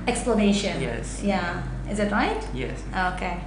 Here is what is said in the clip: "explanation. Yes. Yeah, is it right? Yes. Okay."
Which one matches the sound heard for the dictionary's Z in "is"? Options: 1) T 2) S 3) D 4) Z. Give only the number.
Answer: 4